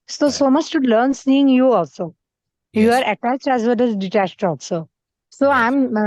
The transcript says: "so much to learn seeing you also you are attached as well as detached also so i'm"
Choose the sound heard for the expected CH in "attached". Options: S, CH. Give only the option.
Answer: CH